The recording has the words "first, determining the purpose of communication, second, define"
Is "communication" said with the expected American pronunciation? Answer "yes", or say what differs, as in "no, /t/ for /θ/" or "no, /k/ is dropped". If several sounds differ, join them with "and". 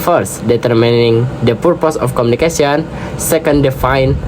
no, /s/ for /ʃ/